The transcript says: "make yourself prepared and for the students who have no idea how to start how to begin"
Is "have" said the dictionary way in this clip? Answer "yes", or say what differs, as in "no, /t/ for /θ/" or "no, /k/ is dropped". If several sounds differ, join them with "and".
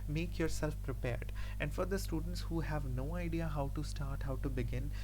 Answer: yes